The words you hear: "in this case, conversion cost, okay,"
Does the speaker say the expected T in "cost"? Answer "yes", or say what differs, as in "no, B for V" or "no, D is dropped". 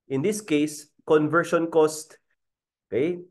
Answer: yes